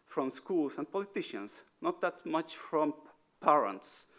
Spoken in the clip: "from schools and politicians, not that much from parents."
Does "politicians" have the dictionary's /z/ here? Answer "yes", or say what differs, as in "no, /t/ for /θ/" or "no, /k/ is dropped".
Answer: no, /s/ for /z/